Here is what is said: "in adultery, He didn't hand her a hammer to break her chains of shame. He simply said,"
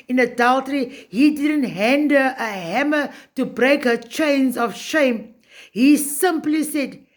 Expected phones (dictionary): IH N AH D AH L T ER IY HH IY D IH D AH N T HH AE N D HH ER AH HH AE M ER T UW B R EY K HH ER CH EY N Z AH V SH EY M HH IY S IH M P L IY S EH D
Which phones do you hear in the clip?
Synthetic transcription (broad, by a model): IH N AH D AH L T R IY HH IY D IH D AH N T HH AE N D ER AH HH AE M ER T UW B R EY K HH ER CH EY N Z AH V SH EY M HH IY S IH M P L IY S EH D